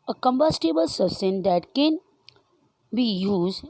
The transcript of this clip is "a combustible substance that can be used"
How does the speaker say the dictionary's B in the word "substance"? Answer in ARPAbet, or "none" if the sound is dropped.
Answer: none